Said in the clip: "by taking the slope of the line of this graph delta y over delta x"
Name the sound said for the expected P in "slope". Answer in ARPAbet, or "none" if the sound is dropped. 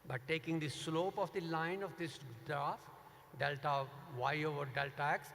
P